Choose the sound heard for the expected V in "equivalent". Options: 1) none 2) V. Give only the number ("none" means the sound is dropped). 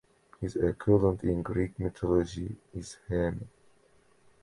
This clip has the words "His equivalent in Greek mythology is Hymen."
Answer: 1